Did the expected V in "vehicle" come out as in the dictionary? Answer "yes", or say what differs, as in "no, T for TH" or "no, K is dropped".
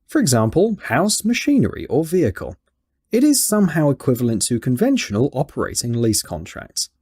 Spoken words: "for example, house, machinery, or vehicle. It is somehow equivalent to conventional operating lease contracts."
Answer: yes